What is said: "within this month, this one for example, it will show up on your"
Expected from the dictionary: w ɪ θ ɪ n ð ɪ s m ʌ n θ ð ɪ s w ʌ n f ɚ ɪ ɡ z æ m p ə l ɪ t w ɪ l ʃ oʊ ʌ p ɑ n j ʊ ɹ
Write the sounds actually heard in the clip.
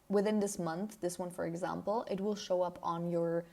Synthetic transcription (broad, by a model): w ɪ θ ɪ n ð ɪ s m ʌ n θ ð ɪ s w ʌ n f ɚ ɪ ɡ z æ m p l ɪ t w ɪ l ʃ oʊ ʌ p n j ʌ ɹ